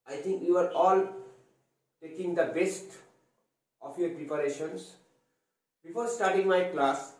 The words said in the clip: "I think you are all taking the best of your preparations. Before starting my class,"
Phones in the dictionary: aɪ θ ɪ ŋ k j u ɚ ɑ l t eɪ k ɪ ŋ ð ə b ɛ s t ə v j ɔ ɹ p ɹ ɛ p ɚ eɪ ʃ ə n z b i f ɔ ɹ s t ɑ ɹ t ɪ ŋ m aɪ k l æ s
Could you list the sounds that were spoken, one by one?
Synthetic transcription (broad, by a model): aɪ t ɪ ŋ k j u ɚ ɑ l t eɪ k ɪ ŋ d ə b ɛ s t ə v j ɔ ɹ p ɹ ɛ p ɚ eɪ ʃ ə n s b i f ɔ ɹ s t ɑ ɹ t ɪ ŋ m aɪ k l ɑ s